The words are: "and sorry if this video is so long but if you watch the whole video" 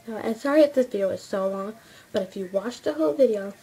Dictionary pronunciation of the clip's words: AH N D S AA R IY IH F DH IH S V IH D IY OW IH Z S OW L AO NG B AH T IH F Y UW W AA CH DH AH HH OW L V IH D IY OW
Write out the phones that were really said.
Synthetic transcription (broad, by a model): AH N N S AA R IY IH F DH IH S V IH D IY OW IH Z S OW L AO NG B AH T IH F Y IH W AA CH DH AH HH OW L V IH D IY OW